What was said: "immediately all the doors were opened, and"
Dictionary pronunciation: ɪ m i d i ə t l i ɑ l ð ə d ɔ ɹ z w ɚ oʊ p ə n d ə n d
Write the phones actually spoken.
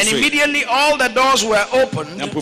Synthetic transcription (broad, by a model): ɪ m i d i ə t l i ɑ l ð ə d ɔ ɹ z w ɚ oʊ ə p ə n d